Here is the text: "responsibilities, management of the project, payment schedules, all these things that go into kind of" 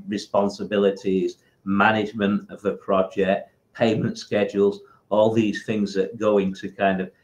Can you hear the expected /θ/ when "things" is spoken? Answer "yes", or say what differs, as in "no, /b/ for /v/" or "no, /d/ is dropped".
yes